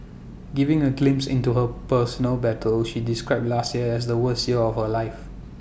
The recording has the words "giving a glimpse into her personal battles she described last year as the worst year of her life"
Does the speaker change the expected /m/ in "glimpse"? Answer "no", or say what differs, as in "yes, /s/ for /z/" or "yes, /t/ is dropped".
no